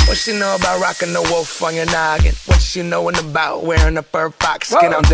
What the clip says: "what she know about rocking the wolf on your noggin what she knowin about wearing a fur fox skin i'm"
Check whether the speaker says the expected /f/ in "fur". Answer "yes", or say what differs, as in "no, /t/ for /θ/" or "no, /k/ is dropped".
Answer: no, /p/ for /f/